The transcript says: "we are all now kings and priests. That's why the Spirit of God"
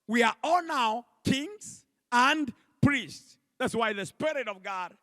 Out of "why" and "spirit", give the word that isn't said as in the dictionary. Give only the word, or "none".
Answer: none